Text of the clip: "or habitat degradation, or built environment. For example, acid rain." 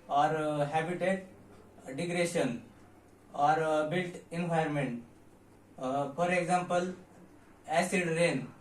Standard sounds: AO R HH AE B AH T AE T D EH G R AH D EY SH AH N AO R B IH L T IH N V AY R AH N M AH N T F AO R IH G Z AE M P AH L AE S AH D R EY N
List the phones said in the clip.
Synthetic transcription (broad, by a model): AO R HH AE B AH T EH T D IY G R D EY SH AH N AO R B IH L T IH N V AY AH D M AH N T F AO R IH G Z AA M P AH L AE S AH D R EY N